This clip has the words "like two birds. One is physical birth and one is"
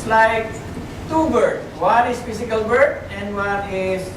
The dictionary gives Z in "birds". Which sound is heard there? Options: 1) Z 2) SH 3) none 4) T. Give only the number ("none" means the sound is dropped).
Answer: 3